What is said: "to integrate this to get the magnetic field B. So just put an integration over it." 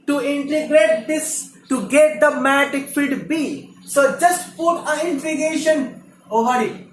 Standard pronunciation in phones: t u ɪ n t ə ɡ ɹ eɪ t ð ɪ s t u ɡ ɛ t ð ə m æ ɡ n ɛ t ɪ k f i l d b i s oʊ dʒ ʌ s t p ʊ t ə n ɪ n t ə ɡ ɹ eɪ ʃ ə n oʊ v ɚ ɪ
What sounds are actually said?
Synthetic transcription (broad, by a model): t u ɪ n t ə ɡ ɹ eɪ t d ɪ s t u ɡ ɛ t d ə m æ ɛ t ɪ k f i d b i s oʊ dʒ ʌ s t p ʊ t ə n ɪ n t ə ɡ eɪ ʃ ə n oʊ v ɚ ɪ